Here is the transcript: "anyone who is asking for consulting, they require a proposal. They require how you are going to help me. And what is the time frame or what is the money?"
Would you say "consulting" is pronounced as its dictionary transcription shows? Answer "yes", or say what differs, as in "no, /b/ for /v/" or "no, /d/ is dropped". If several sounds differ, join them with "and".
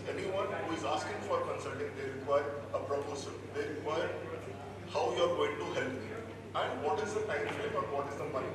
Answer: yes